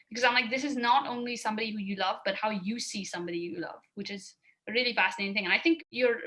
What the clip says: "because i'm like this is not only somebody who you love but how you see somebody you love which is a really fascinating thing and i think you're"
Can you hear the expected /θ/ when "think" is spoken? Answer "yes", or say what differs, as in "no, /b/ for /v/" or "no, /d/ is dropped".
yes